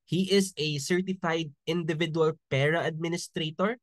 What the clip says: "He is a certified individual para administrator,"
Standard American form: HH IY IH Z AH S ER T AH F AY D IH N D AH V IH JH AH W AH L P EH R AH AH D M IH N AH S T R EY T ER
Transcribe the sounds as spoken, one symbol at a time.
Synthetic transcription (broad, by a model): HH IY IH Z AH S ER T AH F AY D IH N D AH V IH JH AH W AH L P EH R AH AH D M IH N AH S T R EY T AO